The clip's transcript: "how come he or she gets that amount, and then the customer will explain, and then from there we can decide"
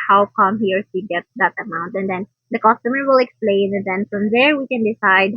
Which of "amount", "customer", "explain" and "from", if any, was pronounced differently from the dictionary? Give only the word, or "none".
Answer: none